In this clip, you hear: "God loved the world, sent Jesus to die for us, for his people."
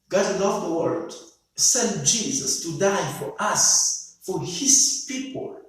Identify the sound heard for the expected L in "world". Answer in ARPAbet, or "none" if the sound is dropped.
none